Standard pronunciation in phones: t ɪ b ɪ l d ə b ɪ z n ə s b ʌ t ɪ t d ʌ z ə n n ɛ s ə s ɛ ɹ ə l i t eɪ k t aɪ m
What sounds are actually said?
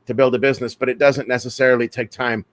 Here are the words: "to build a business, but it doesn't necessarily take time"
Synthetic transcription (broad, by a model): t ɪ b ɪ l d ə b ɪ z n ə s b ʌ t ɪ t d ʌ z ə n n ɛ s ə s ɛ ɹ l i t eɪ k t aɪ m